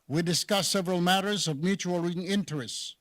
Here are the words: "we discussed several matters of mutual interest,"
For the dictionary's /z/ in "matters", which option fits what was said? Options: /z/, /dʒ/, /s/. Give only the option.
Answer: /z/